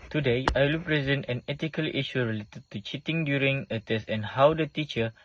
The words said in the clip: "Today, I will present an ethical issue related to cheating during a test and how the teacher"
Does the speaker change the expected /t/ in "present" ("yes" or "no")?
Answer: no